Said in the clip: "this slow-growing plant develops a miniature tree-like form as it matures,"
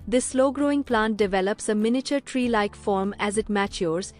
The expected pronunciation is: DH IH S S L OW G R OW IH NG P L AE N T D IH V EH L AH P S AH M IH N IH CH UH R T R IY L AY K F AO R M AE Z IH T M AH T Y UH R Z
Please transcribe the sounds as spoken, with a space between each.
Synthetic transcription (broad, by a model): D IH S S L OW G R OW IH NG P L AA N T D IH V EH L AH P S AH M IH N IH CH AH R T R IY L AY K F AO R M AE Z IH T M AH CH Y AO R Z